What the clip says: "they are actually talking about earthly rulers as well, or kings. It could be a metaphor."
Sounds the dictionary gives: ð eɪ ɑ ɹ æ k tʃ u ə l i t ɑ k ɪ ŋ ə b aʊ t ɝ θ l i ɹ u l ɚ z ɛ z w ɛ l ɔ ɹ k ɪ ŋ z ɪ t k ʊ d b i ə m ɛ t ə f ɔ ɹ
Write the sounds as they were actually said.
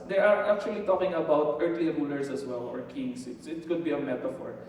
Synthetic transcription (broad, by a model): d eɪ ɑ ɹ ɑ k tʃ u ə l i t ɑ k ɪ ŋ ə b aʊ t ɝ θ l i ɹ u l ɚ s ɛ s w ɛ l ɔ ɹ k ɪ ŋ s ɪ t k ʊ d b i ə m ɛ t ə f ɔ ɹ